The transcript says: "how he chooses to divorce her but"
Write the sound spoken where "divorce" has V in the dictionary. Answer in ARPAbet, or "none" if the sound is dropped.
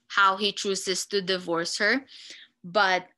V